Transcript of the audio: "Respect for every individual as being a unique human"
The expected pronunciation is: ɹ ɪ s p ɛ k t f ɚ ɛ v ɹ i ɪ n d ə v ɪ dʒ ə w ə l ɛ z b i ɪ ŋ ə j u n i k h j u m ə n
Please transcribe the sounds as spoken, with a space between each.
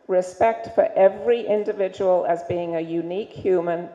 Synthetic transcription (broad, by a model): ɹ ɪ s p ɛ k t f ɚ ɛ v ɹ i ɪ n d ə v ɪ dʒ ə w ə l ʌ z b i ɪ ŋ ə j u n i k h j u m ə n